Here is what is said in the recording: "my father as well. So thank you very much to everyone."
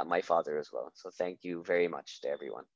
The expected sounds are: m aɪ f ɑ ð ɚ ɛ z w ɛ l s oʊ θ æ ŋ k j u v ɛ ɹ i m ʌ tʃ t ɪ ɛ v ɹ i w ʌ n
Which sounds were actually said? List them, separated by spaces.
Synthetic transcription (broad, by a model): m aɪ f ɑ ð ɚ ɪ z w ɛ l s oʊ θ æ ŋ k j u v ɛ ɹ i m ʌ tʃ t ɪ ɛ v ɹ i w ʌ n